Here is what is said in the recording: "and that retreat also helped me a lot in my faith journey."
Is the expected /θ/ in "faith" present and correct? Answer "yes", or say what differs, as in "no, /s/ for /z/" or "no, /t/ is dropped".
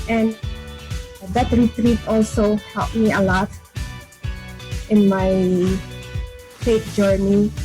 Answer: no, /t/ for /θ/